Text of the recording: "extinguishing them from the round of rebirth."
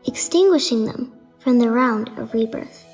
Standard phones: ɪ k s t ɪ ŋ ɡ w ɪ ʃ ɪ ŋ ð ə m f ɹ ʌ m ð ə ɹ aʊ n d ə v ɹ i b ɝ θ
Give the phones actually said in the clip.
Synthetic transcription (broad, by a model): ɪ k s t ɪ ŋ ɡ w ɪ ʃ ɪ ŋ ð ə m f ɹ ʌ m ð ə ɹ aʊ n d ə v ɹ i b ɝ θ